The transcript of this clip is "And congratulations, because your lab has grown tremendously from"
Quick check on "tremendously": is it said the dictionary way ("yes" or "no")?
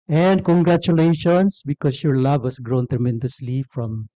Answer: yes